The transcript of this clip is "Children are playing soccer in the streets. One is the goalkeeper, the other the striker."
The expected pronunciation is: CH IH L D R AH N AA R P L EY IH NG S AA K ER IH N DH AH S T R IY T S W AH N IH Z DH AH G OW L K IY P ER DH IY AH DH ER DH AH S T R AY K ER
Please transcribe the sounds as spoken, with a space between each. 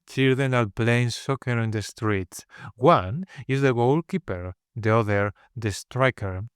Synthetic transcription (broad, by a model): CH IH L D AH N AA L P L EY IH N S AA K ER IH N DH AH S T R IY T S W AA N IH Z DH AH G OW L K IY P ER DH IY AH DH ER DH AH S T R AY K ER